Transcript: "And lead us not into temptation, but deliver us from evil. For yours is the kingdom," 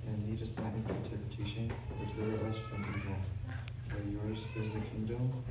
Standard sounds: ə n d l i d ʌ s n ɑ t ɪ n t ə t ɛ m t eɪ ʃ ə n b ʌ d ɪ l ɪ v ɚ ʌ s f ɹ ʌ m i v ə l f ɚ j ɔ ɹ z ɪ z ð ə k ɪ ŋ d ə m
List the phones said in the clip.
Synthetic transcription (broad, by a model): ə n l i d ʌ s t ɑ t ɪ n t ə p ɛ t eɪ ʃ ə n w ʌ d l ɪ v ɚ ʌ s f ɹ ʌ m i w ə n f ɚ j ɔ ɹ z ɪ z ð ə k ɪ ŋ d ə m